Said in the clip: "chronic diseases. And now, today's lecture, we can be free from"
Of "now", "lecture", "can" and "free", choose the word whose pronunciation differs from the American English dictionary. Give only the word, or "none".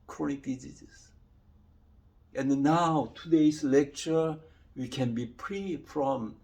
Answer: free